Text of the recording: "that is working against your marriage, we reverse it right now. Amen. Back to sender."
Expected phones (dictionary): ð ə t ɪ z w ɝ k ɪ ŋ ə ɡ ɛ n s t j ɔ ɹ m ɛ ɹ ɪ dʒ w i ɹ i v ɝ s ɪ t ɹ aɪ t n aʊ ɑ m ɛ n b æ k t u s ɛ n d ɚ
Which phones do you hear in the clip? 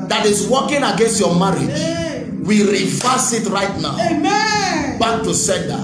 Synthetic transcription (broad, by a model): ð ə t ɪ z w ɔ k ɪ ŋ ə ɡ ɛ n s t j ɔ m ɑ ɹ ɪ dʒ w i ɹ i f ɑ s ɪ t ɹ aɪ t n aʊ ɑ ʊ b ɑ k t u s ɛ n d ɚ